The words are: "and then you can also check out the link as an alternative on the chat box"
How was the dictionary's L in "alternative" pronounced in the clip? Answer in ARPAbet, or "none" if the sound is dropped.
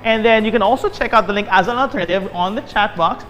none